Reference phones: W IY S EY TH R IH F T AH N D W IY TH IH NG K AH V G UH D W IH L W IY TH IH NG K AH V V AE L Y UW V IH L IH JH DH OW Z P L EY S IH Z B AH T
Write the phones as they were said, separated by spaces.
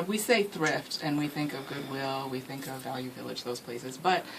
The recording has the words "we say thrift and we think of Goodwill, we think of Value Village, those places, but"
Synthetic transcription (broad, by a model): W IY S EY TH R IH F T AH N W IY TH IH NG K AH V G UH D W IH L W IY TH IH NG K AH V V AE L Y UW V IH L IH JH DH OW Z P L EY S IH Z B AH T